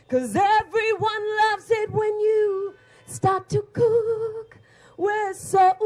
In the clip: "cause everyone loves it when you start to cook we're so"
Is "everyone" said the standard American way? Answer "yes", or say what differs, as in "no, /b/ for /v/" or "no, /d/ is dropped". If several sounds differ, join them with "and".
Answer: yes